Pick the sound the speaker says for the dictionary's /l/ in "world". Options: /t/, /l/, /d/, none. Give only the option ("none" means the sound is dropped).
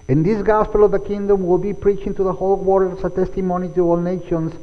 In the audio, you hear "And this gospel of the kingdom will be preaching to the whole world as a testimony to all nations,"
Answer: none